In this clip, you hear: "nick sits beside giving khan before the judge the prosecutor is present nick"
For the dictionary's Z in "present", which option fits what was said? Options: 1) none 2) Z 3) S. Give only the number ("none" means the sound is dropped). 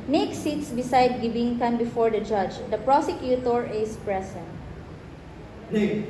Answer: 3